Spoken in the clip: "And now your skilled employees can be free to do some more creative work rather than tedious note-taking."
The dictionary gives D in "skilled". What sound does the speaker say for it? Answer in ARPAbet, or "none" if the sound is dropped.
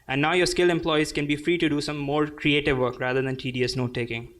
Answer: none